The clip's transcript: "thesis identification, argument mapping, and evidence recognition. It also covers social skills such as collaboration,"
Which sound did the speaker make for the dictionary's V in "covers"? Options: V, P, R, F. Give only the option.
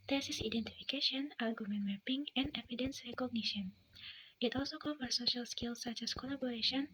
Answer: F